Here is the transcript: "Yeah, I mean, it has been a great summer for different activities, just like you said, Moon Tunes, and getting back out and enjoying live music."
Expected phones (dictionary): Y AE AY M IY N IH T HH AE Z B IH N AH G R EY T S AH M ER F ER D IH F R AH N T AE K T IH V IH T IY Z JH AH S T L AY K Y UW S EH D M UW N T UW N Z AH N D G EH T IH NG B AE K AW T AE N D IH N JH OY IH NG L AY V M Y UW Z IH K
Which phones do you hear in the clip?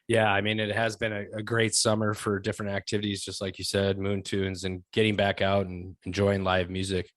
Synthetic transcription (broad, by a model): Y AE AY M IY N IH T HH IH Z B IH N AH G R EY T S AH M ER F ER D IH F R AH N T AE K T IH V IH T IY Z JH AH S T L AY K Y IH S EH D M UW N T UW N Z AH N G EH T IH NG B AE K AW T N IH N JH OY IH NG L AY V M Y UW Z IH K